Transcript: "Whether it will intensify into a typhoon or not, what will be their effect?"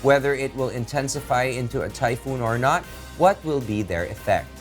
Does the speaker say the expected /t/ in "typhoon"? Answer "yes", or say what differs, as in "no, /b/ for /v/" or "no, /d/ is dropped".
yes